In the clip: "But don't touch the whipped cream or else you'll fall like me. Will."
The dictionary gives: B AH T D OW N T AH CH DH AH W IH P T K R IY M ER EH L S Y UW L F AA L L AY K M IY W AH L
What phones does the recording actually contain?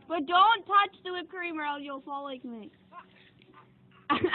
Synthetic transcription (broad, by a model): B AH T D OW N T AH CH DH AH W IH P K R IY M ER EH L Y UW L F AA L L AY K M IY